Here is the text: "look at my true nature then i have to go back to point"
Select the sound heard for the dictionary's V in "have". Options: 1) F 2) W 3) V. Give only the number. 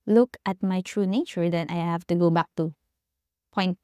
1